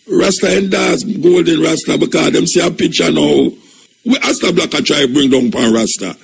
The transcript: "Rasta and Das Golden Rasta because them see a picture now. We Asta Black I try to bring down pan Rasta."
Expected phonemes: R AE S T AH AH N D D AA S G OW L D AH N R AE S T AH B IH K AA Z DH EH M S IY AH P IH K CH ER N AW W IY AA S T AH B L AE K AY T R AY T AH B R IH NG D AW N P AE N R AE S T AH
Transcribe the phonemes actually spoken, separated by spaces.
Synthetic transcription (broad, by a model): R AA S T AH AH N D D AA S G OW L D AH N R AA S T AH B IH K AA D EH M S IY AH P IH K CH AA N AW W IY AA S T AH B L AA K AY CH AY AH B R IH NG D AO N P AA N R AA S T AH